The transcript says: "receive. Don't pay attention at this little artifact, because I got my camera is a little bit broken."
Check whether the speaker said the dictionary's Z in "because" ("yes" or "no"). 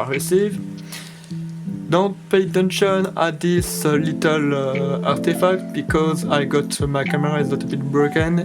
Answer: yes